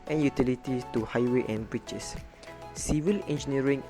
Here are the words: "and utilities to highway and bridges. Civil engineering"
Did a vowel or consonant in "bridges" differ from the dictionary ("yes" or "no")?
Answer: yes